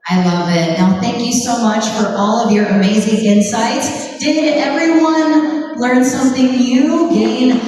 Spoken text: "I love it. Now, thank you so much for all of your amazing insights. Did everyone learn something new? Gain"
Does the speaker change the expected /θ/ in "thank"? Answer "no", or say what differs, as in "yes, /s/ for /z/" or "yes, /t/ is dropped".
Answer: no